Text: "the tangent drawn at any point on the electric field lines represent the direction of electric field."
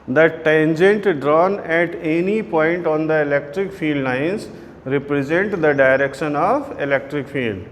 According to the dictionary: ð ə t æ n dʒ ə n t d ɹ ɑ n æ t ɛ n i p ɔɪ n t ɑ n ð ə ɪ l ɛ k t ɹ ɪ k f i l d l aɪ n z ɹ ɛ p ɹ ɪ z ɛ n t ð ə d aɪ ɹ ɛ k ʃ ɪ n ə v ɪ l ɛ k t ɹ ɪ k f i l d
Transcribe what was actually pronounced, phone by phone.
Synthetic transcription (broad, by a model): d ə t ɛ n dʒ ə n t d ɹ ɑ n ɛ t ɛ n i p ɔɪ n t ɑ n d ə ɪ l ɛ k t ɹ ɪ k f i l d n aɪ n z ɹ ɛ p ɹ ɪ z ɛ n t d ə d aɪ ɹ ɛ k ʃ ɪ n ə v ɪ l ɛ k t ɹ ɪ k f i l d